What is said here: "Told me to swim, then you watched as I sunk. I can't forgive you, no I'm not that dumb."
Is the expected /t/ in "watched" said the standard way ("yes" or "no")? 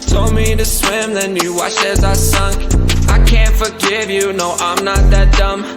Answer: no